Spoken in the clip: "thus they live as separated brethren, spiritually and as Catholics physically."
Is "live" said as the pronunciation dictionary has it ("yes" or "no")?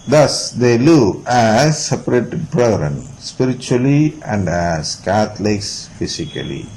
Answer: no